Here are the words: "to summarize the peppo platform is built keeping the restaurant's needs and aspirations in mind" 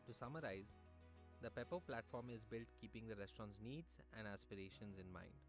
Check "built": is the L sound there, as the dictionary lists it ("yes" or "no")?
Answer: yes